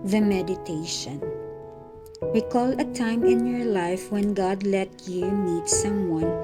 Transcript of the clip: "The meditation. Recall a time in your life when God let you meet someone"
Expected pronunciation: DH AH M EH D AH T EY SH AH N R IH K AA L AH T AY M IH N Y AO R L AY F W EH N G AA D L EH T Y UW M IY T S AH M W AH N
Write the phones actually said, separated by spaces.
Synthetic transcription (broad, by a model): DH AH M EH D AH T EY SH AH N W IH K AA L AH T AY M IH N Y AO R L AY F W EH N G AA D L EH T Y UW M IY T S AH M W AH N